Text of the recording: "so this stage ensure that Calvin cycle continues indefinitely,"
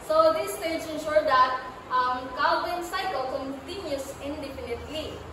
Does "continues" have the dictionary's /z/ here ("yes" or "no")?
no